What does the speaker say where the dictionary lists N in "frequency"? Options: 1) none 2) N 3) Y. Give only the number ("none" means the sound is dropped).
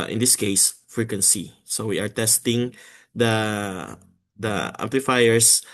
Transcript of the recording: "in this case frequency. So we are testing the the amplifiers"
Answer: 2